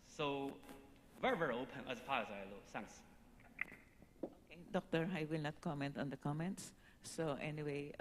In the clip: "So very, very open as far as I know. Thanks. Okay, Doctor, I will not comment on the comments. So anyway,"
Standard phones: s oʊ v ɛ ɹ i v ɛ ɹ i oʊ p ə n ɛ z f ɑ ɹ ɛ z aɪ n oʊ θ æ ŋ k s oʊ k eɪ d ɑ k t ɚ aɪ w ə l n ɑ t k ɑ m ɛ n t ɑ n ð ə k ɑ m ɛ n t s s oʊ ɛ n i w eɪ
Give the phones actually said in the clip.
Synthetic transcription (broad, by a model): s oʊ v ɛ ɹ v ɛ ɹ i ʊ p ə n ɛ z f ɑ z aɪ l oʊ s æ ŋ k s oʊ k eɪ d ɑ k t ɚ aɪ w ə l n ɑ t k ɑ m ɛ n t ɑ n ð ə k ɑ m ɛ n t s s oʊ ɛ n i w eɪ